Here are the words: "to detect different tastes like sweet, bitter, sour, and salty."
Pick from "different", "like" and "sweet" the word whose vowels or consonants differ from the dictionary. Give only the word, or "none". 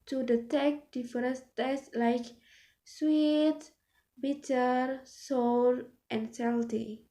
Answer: different